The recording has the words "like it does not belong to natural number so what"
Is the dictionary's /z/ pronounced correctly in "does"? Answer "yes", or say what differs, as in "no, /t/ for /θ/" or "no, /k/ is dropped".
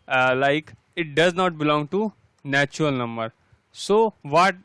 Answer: yes